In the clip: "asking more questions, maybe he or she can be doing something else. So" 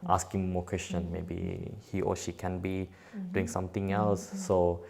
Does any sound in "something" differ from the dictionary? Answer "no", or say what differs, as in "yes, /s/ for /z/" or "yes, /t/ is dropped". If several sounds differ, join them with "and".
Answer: yes, /t/ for /θ/